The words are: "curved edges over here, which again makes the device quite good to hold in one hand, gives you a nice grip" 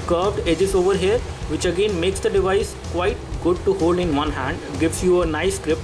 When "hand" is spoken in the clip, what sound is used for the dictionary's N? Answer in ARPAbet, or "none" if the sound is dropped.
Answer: N